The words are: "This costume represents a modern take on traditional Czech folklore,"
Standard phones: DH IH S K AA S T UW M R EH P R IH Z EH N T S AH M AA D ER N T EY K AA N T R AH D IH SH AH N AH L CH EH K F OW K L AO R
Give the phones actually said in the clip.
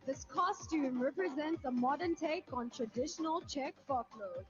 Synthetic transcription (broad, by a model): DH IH S K AA S T UW M R EH P R IH Z EH N T S AH M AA D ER N T EY K AA N T R AH D IH SH AH N AH L CH EH K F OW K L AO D